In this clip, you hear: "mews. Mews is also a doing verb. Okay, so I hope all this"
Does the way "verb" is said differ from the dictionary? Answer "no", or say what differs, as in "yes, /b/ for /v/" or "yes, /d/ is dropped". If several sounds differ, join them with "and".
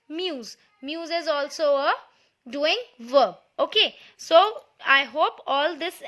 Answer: yes, /b/ is dropped